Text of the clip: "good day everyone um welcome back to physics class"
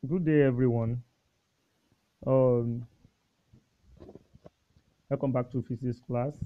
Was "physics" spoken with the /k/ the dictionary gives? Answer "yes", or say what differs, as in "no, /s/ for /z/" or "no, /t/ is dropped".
no, /k/ is dropped